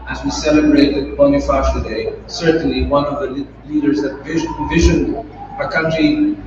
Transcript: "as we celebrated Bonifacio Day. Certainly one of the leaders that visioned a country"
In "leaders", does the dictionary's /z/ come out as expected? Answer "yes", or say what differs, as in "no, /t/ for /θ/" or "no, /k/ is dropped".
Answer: yes